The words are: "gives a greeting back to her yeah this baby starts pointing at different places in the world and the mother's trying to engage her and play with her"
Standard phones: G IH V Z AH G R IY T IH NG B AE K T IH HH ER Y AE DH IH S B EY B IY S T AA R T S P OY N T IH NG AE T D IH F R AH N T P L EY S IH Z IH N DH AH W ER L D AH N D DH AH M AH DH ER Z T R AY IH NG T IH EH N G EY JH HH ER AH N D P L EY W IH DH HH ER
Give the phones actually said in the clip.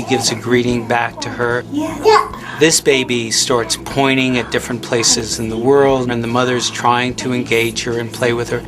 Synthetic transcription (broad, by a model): G IH V Z AH G R IY T IH NG B AE K T IH ER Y DH IH S B EY B IY S T AA R T S P OY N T IH NG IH T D IH F R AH N P L EY S IH Z IH N DH AH W ER L D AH N DH AH M AH DH ER Z T R AY IH NG T IH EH N G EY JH HH ER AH N P L EY W IH DH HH ER